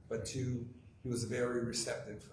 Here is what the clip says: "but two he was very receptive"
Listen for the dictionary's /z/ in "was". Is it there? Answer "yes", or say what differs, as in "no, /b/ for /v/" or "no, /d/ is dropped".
yes